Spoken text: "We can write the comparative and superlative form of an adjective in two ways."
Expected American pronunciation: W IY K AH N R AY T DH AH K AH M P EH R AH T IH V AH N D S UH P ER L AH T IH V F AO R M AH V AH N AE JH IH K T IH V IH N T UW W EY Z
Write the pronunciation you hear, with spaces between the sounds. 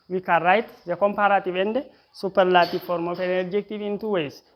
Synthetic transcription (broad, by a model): W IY K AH R AY T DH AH K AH M P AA R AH T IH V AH N D S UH P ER L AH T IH F AO R M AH F AH N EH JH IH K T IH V IH N T UW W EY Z